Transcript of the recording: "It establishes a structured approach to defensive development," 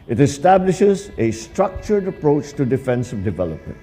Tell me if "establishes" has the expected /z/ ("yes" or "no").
yes